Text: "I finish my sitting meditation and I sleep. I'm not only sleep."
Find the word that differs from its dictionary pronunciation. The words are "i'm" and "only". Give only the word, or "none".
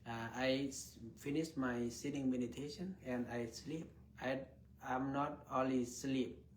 only